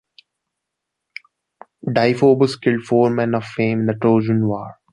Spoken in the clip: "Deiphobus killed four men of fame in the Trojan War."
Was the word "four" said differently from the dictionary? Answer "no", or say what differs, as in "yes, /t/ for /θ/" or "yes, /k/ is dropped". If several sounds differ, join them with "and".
no